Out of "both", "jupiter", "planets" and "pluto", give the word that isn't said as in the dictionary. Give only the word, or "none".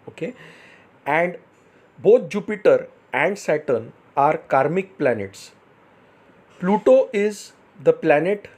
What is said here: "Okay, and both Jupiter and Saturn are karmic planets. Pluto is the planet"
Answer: both